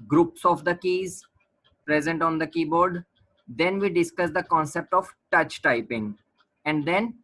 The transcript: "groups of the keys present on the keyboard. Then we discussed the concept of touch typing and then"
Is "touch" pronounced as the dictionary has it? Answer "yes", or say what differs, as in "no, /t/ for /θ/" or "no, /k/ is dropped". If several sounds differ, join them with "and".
yes